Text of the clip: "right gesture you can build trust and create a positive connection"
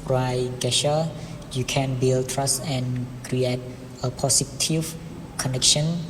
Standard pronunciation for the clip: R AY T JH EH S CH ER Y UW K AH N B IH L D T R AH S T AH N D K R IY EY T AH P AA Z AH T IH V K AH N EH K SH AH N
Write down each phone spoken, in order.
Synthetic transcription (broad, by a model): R AY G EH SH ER Y UW K AH N B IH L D T R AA S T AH N K R IY EY T AH P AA S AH T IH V K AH N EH K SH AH N